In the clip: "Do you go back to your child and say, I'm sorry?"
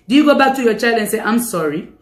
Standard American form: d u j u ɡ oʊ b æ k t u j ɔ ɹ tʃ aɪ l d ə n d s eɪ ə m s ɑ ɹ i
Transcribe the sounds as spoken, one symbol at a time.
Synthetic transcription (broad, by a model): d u j u ɡ oʊ b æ k t u j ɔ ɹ tʃ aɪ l ə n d s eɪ ə m s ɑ ɹ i